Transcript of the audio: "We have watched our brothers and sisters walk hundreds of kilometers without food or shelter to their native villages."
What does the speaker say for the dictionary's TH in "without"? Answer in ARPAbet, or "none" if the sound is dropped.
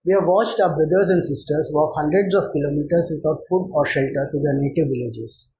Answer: T